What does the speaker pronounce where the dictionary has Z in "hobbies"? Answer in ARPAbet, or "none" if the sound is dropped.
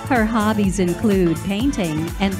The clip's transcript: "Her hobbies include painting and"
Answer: Z